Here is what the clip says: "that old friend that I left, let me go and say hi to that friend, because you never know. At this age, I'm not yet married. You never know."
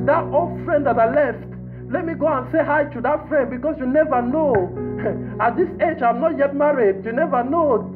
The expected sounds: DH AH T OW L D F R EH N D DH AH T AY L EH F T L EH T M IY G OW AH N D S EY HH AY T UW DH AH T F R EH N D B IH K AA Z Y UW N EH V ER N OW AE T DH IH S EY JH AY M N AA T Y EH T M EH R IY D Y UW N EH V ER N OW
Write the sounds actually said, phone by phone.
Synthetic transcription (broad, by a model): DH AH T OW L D F R EH N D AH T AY L EH F T L EH T M IY G OW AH N S EY HH AY T UW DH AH T F R EH N D B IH K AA S Y UW N EH V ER N OW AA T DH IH S EY JH AY M N AA T Y EH T M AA R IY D Y UW N EH V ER N OW